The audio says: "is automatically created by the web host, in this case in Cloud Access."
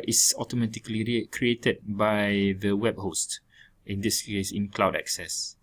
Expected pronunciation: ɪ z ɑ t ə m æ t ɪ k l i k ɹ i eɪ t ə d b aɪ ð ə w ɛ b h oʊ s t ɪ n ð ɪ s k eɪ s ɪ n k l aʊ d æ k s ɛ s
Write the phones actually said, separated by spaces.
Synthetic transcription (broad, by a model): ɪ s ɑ t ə m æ t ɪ k l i k ɹ i eɪ t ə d b aɪ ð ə w ɛ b h oʊ s t ɪ n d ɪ s k eɪ s ɪ n k l aʊ d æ k s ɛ s